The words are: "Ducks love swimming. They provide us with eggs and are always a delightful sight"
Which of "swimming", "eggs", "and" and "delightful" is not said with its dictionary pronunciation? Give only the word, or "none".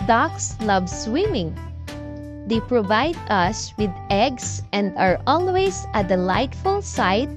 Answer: eggs